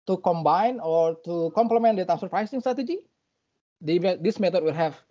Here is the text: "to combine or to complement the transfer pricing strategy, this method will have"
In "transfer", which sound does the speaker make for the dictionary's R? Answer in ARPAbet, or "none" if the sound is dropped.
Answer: none